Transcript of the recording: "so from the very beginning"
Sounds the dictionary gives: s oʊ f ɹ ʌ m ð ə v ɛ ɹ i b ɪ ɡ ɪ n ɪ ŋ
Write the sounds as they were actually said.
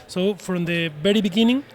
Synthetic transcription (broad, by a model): s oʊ f ɹ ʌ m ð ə b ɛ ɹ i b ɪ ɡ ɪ n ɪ ŋ